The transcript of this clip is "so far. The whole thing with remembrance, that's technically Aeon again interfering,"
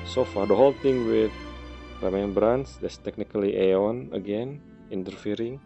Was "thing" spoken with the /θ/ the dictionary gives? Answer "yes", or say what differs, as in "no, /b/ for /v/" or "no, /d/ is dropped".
no, /t/ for /θ/